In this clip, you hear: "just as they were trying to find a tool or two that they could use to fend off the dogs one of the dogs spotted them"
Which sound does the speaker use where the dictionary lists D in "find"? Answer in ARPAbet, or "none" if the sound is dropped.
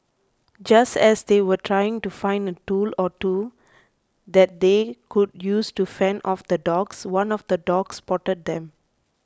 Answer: D